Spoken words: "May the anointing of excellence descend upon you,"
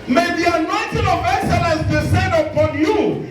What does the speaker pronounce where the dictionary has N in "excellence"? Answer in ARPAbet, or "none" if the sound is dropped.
none